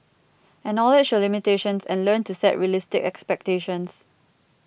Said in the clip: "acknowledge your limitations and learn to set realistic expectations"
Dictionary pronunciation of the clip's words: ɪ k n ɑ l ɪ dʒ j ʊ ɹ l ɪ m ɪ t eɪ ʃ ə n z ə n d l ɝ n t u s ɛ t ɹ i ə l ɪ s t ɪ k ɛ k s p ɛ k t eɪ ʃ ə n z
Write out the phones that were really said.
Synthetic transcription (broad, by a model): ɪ n ɑ l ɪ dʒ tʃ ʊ l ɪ m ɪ t eɪ ʃ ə n s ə n l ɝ n t u s ɛ t ɹ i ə l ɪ s t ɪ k ɛ k s p ɛ k t eɪ ʃ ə n s